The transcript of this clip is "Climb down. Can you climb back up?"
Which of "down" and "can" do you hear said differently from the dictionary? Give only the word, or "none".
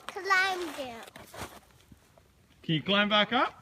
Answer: down